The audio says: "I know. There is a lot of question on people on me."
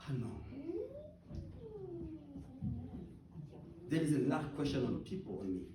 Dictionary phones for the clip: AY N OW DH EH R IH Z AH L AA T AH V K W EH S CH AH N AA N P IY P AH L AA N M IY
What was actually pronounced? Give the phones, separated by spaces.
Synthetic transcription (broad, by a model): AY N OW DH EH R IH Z AH N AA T K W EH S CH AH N AA N P IY P AH L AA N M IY